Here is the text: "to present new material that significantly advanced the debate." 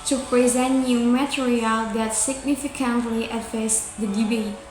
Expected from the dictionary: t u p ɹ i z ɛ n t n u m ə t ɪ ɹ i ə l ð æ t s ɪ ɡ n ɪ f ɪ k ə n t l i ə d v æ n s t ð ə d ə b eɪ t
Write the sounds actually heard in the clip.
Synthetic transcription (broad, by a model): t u p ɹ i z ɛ n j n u m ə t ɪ ɹ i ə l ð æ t s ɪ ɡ n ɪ f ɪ k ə n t l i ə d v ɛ s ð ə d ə b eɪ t